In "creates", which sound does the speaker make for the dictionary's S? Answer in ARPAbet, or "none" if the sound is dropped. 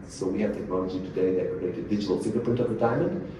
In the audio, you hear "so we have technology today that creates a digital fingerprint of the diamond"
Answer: none